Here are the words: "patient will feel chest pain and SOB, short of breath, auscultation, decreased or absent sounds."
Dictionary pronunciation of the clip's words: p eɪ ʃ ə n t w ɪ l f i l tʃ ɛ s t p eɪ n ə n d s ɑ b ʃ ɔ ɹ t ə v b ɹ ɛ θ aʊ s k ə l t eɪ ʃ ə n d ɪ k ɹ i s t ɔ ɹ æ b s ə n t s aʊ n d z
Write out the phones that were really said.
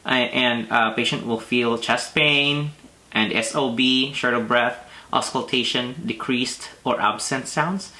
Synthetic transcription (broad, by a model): p eɪ ʃ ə n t w ɪ l f i l tʃ ɛ s t p eɪ n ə n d s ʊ b ʃ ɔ ɹ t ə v b ɹ ɛ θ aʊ s k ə l t eɪ ʃ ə n d ɪ k ɹ i s t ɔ ɹ æ b s ə n t s aʊ n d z